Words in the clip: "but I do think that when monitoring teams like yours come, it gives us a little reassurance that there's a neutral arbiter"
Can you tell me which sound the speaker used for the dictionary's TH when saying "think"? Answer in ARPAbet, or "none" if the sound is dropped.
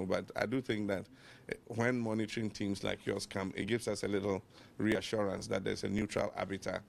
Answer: TH